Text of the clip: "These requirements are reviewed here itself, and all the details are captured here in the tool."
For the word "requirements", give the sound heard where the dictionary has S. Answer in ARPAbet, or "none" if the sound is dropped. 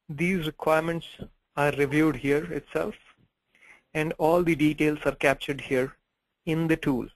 S